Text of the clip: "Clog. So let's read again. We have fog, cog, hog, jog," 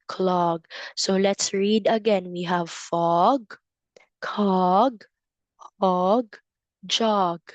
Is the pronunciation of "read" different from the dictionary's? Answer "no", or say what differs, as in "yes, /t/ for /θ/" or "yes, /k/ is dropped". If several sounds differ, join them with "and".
no